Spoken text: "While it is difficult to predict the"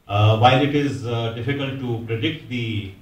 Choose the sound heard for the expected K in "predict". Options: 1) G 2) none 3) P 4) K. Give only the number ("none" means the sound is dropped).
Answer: 4